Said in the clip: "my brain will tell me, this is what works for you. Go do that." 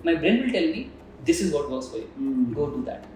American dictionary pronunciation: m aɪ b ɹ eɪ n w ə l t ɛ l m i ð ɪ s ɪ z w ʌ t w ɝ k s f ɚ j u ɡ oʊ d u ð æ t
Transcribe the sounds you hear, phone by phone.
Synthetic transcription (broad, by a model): m aɪ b ɹ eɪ n w ə l t ɛ l m i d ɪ s ɪ z w ʌ t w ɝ s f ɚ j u ɡ oʊ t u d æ t